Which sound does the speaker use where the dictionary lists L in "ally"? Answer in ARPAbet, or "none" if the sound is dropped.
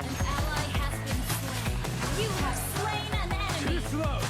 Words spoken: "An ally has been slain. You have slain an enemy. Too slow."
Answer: L